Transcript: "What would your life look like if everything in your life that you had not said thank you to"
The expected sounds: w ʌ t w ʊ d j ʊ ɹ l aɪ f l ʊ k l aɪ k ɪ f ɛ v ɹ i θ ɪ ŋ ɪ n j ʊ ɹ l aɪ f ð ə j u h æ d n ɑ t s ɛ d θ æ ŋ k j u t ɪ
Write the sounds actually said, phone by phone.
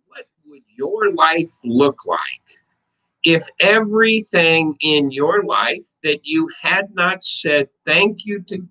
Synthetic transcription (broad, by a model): w ʌ t w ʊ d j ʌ ɹ l aɪ f l ʊ k l aɪ k ɪ f ɛ v ɹ i θ ɪ ŋ ɪ n j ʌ ɹ l aɪ f ð ə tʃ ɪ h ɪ d n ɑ t s ɛ d θ æ ŋ k j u t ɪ